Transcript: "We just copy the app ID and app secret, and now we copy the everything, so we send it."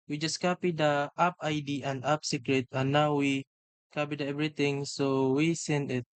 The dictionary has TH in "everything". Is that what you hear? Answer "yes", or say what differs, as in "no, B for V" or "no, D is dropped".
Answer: no, T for TH